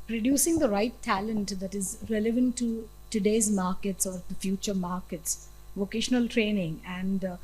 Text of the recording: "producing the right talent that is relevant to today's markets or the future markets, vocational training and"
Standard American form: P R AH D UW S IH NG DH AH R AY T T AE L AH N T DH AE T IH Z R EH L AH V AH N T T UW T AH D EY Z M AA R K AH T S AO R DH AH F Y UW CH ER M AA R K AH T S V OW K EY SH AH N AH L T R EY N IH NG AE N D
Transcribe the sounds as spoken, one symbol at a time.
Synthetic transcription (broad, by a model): P R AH D UW S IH NG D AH R AY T T AE L AH N T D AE T IH Z R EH L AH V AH N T T UW T AH D EY Z M AA R K AH T S AO R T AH F Y UW CH ER M AA R K AH T S V OW K EY SH AH N AH L T R EY N IH NG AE N D